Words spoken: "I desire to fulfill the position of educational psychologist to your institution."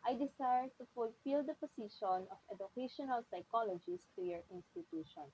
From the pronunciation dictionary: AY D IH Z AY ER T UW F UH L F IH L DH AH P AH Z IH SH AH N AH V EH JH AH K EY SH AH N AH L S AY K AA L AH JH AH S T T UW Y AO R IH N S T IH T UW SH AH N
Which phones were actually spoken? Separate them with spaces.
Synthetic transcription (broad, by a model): AY D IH S AY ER T UW F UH L F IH L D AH P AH S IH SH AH N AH F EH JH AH K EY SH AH N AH L S AY K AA L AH JH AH S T T UW Y AO R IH N S T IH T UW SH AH N